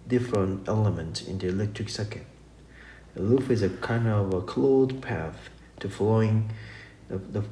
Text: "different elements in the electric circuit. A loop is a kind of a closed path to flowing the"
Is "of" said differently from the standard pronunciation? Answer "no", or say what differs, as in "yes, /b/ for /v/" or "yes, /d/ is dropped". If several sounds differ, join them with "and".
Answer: no